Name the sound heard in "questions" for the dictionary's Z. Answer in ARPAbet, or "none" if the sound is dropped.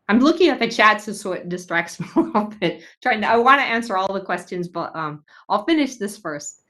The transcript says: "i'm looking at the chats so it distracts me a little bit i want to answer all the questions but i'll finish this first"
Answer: Z